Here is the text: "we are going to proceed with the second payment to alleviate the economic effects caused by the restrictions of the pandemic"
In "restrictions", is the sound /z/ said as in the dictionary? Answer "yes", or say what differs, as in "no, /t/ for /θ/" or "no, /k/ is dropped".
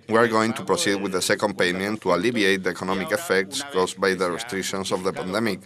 no, /s/ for /z/